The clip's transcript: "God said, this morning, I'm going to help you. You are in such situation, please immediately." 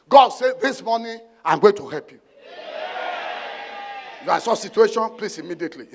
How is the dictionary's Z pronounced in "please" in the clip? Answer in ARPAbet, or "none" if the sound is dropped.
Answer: S